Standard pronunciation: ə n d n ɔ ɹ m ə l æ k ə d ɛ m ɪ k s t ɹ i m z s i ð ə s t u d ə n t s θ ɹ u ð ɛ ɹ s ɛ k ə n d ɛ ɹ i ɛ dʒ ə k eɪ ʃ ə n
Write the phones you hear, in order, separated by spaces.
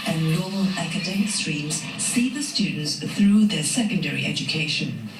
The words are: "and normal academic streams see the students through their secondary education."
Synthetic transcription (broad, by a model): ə n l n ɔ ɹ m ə l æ k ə d ɛ m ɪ k s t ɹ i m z s i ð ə s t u d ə n t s θ ɹ u ð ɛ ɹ s ɛ k ə n d ɛ ɹ i ɛ dʒ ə k eɪ ʃ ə n